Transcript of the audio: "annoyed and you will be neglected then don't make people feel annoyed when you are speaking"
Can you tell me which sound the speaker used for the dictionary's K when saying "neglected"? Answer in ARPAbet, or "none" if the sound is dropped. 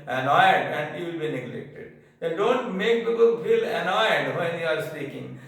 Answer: K